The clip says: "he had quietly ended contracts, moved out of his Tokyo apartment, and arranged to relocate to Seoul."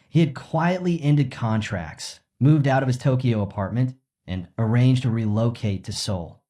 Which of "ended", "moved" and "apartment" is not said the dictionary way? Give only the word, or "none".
none